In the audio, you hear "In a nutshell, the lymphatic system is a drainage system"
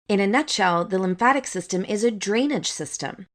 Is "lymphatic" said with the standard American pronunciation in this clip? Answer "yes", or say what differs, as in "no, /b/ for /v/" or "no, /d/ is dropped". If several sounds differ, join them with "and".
yes